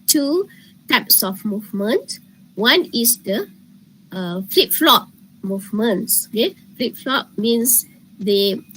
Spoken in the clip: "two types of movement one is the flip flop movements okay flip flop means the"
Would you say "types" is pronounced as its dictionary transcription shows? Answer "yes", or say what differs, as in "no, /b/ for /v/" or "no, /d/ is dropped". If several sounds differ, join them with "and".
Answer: yes